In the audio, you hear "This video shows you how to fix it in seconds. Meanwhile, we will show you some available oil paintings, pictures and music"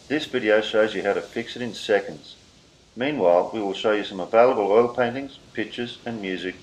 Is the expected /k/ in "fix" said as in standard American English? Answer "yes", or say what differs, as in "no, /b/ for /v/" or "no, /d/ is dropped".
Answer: yes